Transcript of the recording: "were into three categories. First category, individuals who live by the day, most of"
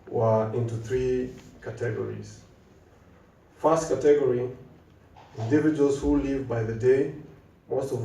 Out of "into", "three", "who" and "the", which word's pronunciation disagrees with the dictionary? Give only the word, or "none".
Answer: none